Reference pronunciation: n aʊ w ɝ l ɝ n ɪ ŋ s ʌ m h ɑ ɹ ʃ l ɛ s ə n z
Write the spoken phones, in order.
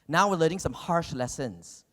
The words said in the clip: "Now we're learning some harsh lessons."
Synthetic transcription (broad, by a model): n aʊ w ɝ l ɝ ɪ ŋ s ʌ m h ɑ ɹ ʃ l ɛ s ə n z